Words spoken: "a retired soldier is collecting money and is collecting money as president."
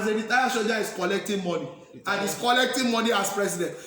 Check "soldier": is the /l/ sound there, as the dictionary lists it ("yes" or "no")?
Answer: no